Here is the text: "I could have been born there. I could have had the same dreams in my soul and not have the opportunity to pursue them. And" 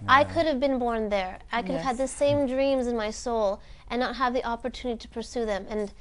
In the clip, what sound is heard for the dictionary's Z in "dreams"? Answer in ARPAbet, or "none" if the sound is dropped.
Z